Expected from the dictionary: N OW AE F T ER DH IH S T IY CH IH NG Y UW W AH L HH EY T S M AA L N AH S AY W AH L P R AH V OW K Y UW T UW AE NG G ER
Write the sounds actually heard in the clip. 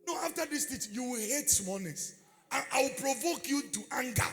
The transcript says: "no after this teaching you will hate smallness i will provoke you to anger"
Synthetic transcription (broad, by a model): N OW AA F T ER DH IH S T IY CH Y UW W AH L HH EY T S M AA N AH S AY W AH L P R AH V OW K Y UW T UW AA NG G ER